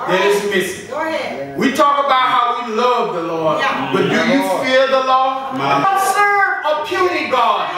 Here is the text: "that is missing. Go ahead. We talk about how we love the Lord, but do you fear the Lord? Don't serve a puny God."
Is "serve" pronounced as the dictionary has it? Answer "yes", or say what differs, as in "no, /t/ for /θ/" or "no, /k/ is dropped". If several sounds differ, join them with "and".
no, /v/ is dropped